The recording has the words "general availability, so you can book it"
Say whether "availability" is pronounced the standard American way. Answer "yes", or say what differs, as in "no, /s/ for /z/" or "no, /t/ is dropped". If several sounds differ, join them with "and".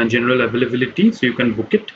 no, /b/ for /v/